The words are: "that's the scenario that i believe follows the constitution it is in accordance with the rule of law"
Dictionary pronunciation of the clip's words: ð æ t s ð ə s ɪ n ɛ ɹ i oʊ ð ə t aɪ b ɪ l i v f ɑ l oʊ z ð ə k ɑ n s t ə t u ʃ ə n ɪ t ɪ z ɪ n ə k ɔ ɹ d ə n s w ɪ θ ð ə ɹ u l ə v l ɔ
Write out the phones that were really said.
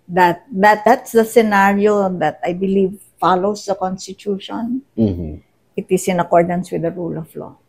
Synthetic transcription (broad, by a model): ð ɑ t s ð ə s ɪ n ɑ ɹ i oʊ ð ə t aɪ b ɪ l i v f ɑ l oʊ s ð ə k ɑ n s t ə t u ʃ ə n ɪ t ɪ s ɪ n ə k ɔ ɹ d ə n s w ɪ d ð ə ɹ u l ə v l ɔ